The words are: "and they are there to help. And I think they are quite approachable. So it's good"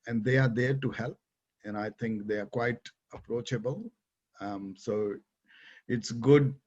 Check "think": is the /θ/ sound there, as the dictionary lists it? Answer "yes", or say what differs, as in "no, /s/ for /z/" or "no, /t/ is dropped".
no, /t/ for /θ/